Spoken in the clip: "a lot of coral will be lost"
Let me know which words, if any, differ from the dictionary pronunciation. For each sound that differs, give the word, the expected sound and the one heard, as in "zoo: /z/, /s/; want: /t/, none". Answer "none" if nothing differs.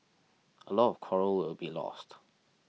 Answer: none